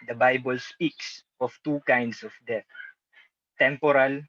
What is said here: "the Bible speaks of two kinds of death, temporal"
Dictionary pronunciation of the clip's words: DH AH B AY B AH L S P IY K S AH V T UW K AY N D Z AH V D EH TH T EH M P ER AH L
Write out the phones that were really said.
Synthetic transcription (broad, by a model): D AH B AY B AH L S P IY K S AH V T UW K AY N D S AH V D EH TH T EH M P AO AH L